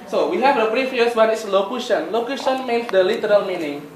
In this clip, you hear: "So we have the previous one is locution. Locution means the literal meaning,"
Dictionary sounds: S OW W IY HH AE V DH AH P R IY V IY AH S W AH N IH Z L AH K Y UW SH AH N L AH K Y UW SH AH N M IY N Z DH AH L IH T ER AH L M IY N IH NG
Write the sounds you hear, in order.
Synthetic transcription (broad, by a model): S OW W IY HH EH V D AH B R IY F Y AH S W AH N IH S L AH K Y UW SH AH N L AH K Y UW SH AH N M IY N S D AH L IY T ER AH L M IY N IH NG